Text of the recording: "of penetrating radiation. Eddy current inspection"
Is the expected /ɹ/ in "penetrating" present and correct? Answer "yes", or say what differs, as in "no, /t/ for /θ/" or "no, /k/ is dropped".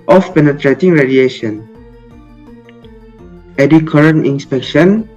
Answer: yes